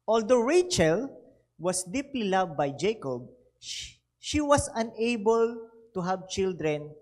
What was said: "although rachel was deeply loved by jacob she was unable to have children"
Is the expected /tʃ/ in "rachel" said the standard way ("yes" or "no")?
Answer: yes